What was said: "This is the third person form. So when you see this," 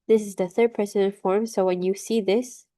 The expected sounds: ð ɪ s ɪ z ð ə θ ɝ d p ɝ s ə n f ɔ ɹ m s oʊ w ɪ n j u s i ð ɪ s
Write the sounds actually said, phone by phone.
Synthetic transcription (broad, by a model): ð ɪ s ɪ z ð ə θ ɝ d p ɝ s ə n f ɔ ɹ m s oʊ w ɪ n j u s i ð ɪ s